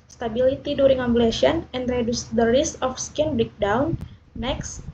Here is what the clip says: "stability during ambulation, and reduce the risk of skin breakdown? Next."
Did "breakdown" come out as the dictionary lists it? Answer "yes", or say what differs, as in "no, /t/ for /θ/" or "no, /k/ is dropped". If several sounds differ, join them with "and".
no, /ɹ/ is dropped